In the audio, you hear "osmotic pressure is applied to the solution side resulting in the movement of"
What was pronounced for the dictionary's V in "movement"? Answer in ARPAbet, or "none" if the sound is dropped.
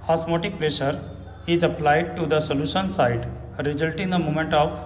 none